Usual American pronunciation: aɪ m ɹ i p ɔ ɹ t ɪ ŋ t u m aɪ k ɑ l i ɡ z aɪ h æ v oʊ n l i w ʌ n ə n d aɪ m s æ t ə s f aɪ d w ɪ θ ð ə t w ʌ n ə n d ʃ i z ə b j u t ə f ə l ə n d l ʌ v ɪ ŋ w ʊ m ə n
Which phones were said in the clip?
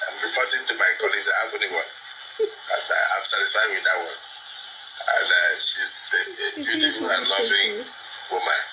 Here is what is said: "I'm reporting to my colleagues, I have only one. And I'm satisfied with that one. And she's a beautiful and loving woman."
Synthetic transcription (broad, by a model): aɪ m ɹ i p ɔ t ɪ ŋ t u m aɪ k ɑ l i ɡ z aɪ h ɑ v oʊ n i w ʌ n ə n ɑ aɪ m s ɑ t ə s f aɪ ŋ w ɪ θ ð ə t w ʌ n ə n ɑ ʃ i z ə b j u t ə f ə l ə n l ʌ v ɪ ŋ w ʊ m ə n